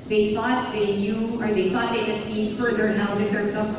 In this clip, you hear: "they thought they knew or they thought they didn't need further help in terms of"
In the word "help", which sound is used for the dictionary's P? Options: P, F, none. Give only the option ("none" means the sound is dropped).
none